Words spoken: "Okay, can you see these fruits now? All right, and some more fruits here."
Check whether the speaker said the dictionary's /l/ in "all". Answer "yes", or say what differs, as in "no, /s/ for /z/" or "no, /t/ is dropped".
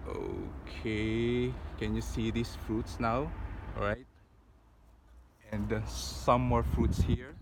no, /w/ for /l/